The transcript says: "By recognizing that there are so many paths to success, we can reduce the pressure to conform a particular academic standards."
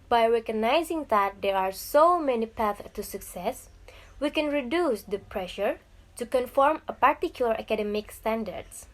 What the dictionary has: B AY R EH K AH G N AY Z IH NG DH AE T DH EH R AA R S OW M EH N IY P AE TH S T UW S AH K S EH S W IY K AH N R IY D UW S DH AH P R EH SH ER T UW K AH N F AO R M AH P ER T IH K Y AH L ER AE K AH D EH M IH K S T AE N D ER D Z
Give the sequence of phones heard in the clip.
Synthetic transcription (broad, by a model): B AY R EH K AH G N AY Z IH NG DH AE T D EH R AA R S OW M EH N IY P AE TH T UW S AH K S EH S W IY K AH N R IY D UW S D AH P R EH SH ER T UW K AH N F AO R M AH P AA T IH K Y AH L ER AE K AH D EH M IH K S T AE N D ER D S